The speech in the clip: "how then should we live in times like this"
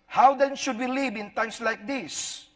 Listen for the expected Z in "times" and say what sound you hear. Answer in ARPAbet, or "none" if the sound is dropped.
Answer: S